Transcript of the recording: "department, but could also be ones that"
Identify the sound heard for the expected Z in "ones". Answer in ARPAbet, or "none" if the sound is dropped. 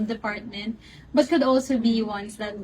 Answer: S